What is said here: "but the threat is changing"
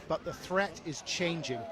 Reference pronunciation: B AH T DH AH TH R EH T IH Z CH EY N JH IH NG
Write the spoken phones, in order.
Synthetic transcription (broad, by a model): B AH T DH AH TH R EH T IH Z CH EY N JH IH NG